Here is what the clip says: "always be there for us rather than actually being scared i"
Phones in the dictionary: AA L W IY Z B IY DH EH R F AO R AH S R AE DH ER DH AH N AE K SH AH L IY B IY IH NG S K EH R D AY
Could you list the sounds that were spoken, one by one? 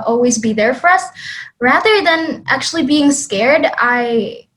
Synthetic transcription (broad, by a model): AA L W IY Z B IY DH EH R F AO R AH S R AE DH ER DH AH N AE K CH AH L IY B IY IH NG S K EH R D AY